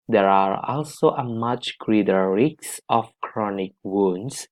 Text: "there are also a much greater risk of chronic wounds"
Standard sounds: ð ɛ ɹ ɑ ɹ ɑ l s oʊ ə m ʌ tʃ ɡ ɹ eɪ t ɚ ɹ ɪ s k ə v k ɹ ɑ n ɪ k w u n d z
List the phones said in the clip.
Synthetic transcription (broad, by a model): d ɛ ɹ ɑ ɹ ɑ l s oʊ ə m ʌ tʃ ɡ ɹ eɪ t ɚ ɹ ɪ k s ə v k ɹ ɑ n ɪ k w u n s